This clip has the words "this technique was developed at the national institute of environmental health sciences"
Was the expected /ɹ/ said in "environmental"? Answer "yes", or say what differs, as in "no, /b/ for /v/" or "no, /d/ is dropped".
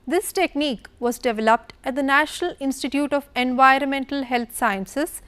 yes